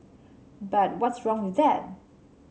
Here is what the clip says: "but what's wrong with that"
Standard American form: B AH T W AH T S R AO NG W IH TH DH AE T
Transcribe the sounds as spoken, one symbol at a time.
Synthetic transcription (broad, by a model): B AH T W AH T S R AO NG W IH DH AE T